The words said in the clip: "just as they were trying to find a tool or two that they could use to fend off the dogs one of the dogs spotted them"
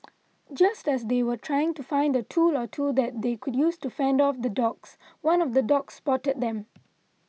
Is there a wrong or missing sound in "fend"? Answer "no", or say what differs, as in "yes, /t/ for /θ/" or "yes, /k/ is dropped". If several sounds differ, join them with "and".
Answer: no